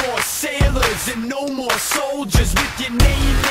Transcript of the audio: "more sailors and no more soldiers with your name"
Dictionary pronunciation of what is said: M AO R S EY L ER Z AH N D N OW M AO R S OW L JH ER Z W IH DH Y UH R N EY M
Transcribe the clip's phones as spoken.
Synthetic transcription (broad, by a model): AO R S EY L ER Z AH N N OW M AO R S OW L JH ER Z W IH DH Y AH R N EY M